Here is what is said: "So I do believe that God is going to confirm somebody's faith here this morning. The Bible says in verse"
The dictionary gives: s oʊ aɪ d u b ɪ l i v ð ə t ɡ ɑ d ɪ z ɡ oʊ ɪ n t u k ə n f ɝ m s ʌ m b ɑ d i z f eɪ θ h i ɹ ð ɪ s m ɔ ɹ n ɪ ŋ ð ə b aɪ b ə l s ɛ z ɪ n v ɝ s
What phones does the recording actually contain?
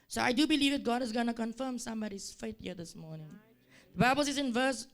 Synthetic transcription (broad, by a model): s oʊ aɪ d u b ɪ l i v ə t ɡ ɑ d ɪ z ɡ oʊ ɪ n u k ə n f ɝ m s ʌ m b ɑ d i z f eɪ t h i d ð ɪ s m ɔ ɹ n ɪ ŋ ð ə b aɪ b ə l s ɛ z ɪ n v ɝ s